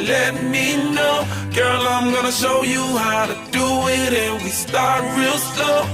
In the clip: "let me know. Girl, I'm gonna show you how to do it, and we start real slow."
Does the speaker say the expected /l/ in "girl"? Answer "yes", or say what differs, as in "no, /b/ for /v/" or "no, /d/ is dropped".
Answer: yes